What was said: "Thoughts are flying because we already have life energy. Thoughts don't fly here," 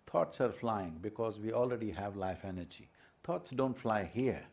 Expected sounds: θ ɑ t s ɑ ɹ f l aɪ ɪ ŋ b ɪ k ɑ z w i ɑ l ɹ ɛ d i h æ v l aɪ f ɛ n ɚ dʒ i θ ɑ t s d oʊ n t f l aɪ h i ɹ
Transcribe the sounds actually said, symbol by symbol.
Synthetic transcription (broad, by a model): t ɑ t s ɑ ɹ f l aɪ ɪ ŋ b ɪ k ɑ z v i ɑ l ɹ ɛ d i h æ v l aɪ f ɛ n ɚ dʒ i t ɑ t s d oʊ n t f l aɪ h i ɹ